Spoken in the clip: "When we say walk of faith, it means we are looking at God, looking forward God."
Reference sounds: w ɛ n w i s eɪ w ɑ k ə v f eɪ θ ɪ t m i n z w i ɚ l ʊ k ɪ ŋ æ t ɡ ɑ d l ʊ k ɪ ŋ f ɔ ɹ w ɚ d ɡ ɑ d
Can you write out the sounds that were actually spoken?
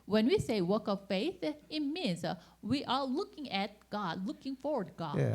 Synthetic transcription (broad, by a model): w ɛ n w i s eɪ w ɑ k ə v f eɪ θ ɪ t m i n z w i ɚ l ʊ k ɪ ŋ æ t ɡ ɑ d l ʊ k ɪ ŋ f ɔ ɹ w ɚ d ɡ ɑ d